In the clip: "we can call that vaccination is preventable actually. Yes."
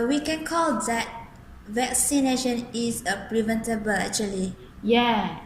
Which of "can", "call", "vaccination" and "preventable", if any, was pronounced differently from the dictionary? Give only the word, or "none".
none